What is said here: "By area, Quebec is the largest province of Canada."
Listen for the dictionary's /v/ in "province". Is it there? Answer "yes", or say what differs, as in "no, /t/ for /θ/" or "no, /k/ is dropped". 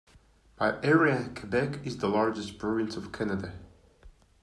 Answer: no, /v/ is dropped